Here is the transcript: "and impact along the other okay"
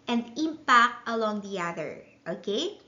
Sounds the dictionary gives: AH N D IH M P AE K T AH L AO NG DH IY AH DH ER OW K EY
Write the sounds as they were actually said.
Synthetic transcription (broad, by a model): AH N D IH M P AE K T AH L AO NG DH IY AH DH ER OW K EY